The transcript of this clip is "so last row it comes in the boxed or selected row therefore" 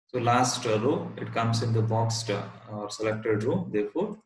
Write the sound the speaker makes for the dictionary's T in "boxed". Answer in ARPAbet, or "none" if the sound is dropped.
T